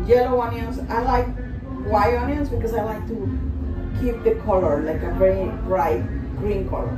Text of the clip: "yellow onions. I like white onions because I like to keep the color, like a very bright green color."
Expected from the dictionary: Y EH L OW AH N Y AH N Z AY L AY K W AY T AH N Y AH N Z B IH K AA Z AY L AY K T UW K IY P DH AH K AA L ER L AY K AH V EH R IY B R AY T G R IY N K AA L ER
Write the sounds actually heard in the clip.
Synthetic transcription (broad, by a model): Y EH L OW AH N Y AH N S AY L AY K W AY AO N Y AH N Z B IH K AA S AY L AY K T UW K IY P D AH K AA L ER L AY K AH V EH R IY B R AY T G R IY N K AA L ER